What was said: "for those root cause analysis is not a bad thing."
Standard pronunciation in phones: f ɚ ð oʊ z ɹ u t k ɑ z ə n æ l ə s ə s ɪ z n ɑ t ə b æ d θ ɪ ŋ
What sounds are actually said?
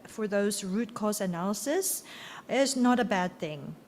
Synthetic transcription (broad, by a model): f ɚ ð oʊ z ɹ u t k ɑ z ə n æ l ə s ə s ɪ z n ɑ t ə b æ d θ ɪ ŋ